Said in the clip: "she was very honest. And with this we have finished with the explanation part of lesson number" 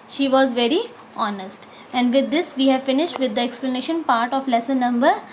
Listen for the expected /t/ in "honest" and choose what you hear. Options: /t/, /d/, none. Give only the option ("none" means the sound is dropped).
/t/